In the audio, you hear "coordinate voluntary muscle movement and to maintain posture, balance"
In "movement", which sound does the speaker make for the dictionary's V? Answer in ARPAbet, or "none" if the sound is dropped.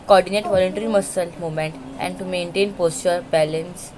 none